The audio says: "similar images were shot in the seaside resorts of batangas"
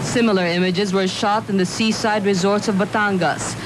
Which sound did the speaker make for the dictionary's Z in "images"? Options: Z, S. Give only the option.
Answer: Z